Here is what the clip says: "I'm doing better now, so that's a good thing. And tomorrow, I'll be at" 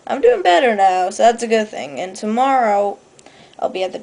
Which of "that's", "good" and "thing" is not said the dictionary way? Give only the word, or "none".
none